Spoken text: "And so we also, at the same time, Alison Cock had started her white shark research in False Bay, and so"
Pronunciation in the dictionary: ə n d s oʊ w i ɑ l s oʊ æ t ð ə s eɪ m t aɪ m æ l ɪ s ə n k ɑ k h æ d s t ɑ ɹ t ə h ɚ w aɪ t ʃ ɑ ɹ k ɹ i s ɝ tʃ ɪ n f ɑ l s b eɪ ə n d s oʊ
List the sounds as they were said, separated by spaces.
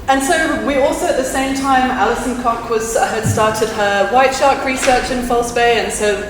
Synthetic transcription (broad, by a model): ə n s oʊ w i ɑ l s oʊ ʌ t ð ə s eɪ m t aɪ m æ l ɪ s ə n k ɑ k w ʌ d s t ɑ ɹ t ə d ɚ w aɪ t ʃ ɑ ɹ k ɹ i s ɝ tʃ ɪ n f ɑ l s b eɪ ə n s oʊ